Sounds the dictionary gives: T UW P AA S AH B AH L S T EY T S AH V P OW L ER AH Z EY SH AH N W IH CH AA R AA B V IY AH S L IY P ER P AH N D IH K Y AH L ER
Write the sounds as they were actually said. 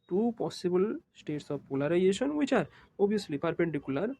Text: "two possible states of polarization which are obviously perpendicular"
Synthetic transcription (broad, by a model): T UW P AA S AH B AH L S T EY T S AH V P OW L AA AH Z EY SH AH N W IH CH AA R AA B IY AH S L IY P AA P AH N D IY K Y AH L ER